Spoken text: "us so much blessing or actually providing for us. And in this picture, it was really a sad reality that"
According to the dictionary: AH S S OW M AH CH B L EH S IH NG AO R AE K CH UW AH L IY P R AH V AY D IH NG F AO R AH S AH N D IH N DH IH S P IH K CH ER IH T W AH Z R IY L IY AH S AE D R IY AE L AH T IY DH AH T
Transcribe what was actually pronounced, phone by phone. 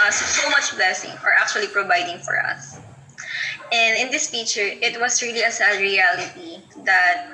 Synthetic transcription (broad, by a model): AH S S OW M AH CH B L EH S IH NG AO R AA K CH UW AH L IY P R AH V AY D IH NG F AO R AH S AH N D IH N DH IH S F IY CH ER IH T W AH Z R IY L IY AH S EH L R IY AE L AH T IY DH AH T